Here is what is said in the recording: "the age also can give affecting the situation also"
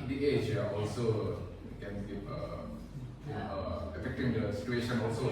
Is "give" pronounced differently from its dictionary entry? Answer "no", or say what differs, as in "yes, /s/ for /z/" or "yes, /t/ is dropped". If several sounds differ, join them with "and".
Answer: yes, /p/ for /v/